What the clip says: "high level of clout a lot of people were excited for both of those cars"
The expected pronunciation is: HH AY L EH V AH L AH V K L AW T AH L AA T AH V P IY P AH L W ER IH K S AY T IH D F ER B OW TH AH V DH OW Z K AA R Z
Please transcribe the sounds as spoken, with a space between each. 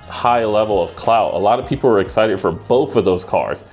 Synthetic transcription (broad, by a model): HH AY L EH V L AH V K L AW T AH L AA T AH V P IY P L W ER IH K S AY T IH D F ER B OW TH AH V DH OW Z K AA R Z